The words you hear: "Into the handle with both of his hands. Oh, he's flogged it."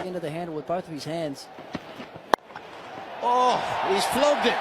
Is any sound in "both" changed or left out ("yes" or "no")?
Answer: no